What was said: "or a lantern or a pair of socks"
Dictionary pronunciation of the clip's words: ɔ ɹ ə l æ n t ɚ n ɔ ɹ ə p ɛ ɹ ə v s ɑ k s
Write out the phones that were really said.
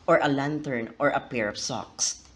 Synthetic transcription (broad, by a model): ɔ ɹ ə l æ n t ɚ n ɔ ɹ ə p ɛ ɹ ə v s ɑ k s